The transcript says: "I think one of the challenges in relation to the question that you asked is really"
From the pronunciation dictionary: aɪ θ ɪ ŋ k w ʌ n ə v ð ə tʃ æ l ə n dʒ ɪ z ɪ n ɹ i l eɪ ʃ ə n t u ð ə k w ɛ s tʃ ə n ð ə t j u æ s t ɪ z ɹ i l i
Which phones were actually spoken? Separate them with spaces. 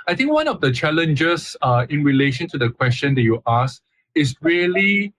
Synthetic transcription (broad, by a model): aɪ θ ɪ ŋ k w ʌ n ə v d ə tʃ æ l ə n dʒ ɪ s ɪ n ɹ i l eɪ ʃ ə n t u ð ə k w ɛ s tʃ ə n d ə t j u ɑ s ɪ s ɹ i l i